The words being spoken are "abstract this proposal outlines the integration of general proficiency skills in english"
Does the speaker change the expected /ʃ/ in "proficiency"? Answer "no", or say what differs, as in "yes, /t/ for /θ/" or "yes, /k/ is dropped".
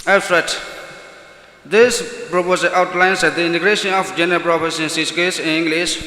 yes, /s/ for /ʃ/